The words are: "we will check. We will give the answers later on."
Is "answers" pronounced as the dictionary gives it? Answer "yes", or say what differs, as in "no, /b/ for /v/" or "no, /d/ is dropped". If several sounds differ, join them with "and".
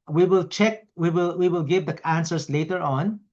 no, /s/ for /z/